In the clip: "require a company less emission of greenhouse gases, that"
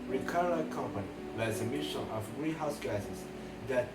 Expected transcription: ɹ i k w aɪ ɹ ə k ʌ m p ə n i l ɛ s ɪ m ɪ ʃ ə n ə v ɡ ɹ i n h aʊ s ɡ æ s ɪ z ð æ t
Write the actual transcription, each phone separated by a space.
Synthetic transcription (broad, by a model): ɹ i k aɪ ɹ ə k ʌ m p ə n i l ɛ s ɪ m ɪ ʃ ə n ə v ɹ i h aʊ s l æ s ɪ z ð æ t